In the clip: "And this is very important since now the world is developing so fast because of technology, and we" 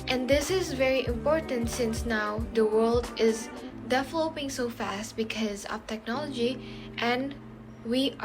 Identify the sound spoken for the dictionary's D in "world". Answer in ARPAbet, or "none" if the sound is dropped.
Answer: D